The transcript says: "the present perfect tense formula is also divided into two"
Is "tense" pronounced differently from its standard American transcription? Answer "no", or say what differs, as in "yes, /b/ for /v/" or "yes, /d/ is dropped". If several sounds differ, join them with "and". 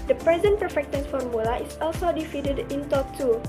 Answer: yes, /s/ is dropped